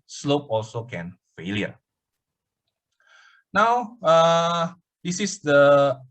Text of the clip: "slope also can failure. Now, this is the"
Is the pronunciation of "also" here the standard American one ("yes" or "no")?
yes